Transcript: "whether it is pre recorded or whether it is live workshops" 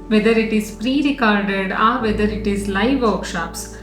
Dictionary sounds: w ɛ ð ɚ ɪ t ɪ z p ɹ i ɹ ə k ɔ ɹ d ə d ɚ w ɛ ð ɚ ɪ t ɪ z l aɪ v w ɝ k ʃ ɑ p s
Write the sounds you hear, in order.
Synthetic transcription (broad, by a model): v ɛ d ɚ ɪ t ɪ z p ɹ i ɹ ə k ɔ ɹ d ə d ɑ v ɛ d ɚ ɪ t ɪ z l aɪ v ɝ k ʃ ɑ p s